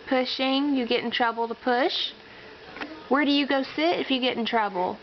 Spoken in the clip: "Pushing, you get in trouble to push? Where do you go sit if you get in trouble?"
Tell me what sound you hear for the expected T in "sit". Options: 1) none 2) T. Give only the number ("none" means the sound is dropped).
2